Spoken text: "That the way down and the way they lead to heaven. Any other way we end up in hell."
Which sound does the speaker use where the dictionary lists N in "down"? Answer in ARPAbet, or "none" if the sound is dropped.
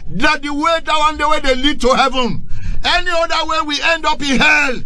none